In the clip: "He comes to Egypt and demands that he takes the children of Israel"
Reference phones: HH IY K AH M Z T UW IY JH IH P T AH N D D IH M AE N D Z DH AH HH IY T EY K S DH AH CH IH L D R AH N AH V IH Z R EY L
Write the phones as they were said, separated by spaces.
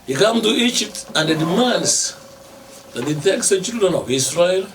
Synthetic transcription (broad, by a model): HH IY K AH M T UW IY JH IH P T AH N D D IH M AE N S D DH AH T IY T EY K S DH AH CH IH L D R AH N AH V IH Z R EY L